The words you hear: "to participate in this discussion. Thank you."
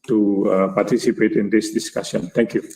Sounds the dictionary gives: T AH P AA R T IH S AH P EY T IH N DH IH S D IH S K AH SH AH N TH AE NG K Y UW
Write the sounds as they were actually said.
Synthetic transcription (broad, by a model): T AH P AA R T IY S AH P EY T IH N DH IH S D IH S K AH S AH N T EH NG K Y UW